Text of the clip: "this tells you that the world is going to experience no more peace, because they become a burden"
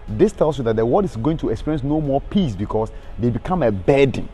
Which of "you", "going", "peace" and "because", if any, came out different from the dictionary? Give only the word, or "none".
because